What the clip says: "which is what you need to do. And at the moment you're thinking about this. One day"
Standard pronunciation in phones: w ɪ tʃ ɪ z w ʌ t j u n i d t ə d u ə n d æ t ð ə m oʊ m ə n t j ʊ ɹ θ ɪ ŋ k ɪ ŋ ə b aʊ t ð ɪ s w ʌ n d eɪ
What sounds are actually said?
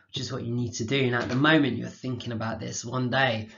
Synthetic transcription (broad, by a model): w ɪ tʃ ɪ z w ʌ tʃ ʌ n i d t ə d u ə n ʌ t ð ə m oʊ m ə n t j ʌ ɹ θ ɪ ŋ k ɪ ŋ ə b aʊ t ð ɪ s w ʌ n d eɪ